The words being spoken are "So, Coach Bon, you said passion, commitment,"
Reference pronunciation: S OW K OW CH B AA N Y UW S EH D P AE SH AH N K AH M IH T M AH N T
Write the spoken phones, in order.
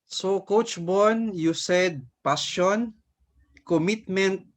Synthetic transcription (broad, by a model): S OW K OW CH B AA N Y UW S EH D P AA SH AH N K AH M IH T M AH N T